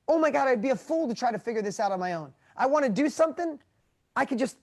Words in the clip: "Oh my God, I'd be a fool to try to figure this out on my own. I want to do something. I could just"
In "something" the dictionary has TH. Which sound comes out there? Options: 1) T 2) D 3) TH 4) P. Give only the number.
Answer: 3